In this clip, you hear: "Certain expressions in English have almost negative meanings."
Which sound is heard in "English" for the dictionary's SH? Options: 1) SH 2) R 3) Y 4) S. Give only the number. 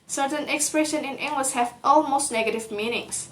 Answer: 4